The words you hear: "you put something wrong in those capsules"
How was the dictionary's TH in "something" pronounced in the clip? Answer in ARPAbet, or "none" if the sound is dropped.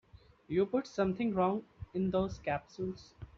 T